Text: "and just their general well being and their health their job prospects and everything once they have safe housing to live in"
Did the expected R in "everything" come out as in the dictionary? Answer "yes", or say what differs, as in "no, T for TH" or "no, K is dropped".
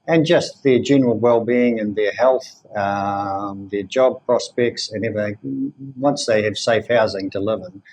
no, R is dropped